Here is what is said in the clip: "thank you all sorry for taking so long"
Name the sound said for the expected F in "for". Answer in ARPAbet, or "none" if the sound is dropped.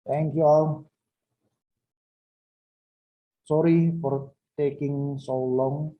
P